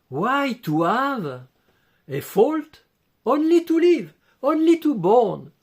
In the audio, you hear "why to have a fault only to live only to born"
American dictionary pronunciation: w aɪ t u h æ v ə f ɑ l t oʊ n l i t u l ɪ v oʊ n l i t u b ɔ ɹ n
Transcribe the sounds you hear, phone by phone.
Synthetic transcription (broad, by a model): w aɪ t u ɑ v ə f ɑ l t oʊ n l i t u l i v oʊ n l i t u b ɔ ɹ n